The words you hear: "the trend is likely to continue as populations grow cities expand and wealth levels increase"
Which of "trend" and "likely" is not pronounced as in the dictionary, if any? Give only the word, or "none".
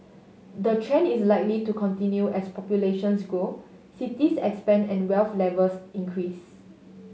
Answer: trend